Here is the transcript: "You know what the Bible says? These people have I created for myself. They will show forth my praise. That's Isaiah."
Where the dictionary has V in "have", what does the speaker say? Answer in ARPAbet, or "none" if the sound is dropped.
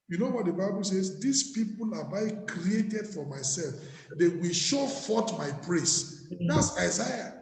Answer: B